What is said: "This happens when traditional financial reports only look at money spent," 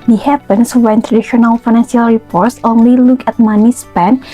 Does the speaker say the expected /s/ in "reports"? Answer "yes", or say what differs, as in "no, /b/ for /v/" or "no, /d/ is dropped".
yes